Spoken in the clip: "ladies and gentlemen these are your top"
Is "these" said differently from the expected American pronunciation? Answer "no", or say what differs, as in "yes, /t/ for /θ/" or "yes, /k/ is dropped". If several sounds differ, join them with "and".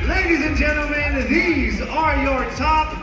no